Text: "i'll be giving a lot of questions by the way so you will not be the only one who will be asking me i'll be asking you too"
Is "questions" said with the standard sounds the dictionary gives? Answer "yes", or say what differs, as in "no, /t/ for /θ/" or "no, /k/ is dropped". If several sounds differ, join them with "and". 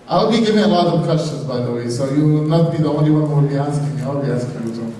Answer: yes